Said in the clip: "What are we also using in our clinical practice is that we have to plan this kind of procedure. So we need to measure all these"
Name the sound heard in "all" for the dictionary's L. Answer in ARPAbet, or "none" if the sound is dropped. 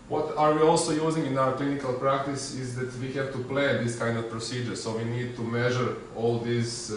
L